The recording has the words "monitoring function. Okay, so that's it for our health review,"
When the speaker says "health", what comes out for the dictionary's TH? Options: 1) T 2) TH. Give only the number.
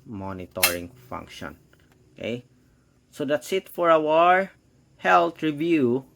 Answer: 1